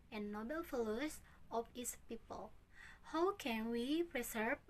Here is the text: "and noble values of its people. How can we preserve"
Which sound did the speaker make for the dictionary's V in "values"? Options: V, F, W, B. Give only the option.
F